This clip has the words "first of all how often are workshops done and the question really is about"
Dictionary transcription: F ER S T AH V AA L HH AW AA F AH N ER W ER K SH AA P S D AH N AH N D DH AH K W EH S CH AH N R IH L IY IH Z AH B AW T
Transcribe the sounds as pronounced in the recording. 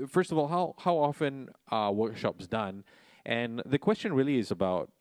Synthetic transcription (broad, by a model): F ER S T AH V AA L HH AW AA F AH N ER W ER K SH AA P S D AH N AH N DH AH K W EH S CH AH N R IH L IY IH Z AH B AW T